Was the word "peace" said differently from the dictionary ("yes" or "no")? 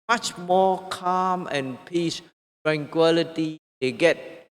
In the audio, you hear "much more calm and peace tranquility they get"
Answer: no